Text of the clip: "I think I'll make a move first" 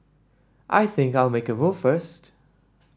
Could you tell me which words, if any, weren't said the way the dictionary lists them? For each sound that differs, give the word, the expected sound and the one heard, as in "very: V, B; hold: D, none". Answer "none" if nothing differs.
none